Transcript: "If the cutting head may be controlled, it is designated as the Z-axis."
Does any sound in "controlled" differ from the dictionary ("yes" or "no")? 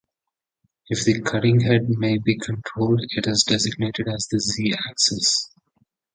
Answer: no